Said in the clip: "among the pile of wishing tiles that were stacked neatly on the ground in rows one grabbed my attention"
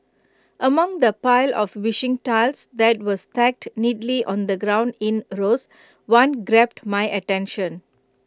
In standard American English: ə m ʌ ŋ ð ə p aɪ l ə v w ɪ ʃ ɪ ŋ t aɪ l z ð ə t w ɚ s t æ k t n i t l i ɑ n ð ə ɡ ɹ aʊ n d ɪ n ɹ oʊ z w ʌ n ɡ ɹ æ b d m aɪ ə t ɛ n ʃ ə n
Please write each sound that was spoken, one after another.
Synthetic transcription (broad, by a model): ə m ʌ ŋ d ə p aɪ l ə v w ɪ ʃ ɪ ŋ t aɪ l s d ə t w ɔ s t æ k t n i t l i ɑ n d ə ɡ ɹ aʊ n d ɪ n ɹ oʊ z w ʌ n ɡ ɹ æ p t m aɪ ə t ɛ n ʃ ə n